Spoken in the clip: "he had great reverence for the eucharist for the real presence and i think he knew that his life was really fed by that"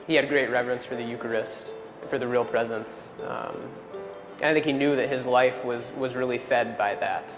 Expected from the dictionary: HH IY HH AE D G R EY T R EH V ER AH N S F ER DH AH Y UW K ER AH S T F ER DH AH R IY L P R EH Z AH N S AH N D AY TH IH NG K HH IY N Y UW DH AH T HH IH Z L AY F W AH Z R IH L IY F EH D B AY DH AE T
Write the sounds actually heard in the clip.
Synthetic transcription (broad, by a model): HH IY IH D G R EY T R EH V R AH N S F ER DH AH Y UW K ER AH S T F ER DH AH R IY L P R EH Z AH N S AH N AY TH IH NG K HH IY N Y UW DH AH T HH IH Z L AY F W AH Z R IH L IY F EH D B AY DH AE T